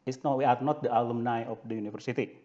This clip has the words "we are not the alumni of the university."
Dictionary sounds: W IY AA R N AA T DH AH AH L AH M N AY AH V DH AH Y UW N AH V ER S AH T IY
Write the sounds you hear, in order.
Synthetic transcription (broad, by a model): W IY AA R N AA T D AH AH L AH M N AY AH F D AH Y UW N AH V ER S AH T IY